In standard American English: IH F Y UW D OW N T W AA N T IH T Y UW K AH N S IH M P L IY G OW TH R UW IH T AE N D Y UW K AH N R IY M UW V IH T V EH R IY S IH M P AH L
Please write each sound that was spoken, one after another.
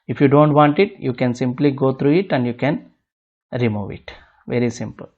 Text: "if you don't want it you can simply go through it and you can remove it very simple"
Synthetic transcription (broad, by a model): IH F Y UW D OW N T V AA N T IH T Y UW K AH N S IH M P L IY G OW T R UW IH T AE N D Y UW K AH N R IY M UW V IH T V EH R IY S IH M P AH L